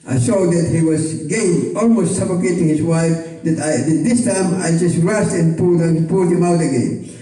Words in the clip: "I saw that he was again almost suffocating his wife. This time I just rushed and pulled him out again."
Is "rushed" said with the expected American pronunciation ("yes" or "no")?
no